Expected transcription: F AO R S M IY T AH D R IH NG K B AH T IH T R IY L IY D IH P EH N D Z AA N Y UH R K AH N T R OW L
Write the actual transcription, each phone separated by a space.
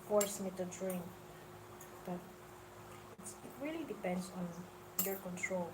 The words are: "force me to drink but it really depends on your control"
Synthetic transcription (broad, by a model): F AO R S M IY T AH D R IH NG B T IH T IH T R IY L IY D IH P EH N D S AA N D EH R K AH N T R OW L